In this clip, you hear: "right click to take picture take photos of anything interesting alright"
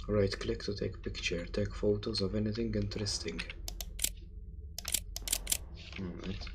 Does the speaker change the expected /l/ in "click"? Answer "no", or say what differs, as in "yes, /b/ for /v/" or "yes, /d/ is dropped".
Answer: no